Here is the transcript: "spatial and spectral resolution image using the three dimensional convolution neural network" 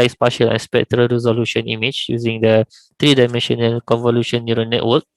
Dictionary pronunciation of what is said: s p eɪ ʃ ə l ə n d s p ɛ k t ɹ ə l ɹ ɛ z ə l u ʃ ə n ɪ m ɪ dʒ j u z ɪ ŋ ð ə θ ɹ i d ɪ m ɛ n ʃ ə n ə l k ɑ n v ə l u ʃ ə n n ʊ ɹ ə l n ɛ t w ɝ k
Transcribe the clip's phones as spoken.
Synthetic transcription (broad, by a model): s p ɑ ʃ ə l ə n s p ɛ k t ɹ ə l ɹ ɛ z ə l u ʃ ə n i m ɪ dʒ j u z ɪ ŋ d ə t ɹ i d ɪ m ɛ n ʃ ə n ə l k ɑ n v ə l u ʃ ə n n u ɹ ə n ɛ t w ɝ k